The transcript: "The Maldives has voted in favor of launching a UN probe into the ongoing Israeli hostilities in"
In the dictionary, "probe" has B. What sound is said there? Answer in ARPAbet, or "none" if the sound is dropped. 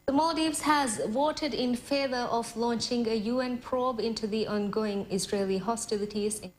B